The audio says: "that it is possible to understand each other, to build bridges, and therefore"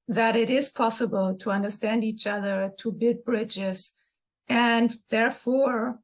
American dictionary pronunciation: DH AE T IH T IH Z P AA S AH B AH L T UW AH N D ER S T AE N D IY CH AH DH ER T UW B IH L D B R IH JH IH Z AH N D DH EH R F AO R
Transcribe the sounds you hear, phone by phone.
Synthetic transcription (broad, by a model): DH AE T IH T IH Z P AA S AH B AH L T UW AH N D ER S T AE N D IY CH AH DH ER T UW B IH D B R IH JH IH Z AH N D DH EH R F AO R